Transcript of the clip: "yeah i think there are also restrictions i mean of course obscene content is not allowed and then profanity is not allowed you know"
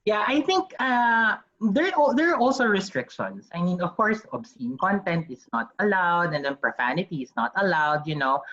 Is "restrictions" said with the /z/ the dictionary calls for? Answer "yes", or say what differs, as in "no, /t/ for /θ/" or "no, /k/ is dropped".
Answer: no, /s/ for /z/